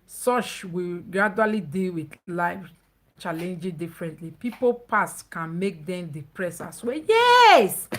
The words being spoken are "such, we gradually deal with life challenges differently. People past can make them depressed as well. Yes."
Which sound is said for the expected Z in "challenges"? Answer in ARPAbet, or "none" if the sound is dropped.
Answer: none